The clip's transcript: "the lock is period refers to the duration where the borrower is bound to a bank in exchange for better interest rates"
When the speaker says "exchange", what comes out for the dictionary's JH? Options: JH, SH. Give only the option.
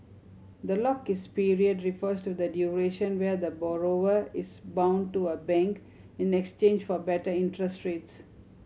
JH